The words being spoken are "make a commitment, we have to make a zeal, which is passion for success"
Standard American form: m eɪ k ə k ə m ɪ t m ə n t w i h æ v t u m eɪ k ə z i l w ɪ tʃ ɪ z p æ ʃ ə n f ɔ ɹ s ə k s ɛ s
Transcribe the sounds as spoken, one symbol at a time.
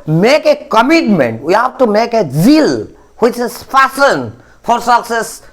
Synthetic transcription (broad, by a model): m eɪ k ə k ə m ɪ t m ə n t w i h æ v t u m eɪ k ə z i l w ɪ tʃ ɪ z f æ s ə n f ɔ ɹ s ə k s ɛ s